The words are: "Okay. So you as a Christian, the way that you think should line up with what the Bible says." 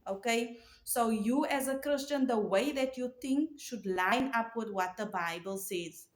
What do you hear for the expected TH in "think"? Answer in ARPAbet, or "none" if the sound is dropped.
T